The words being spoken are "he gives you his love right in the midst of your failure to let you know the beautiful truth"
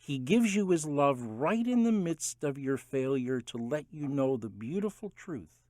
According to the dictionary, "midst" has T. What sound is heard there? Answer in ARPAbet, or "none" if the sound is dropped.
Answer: T